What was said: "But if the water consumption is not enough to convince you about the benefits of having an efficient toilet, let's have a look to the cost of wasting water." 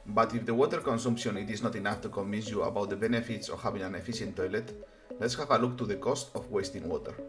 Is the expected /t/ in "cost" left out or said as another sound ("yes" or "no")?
no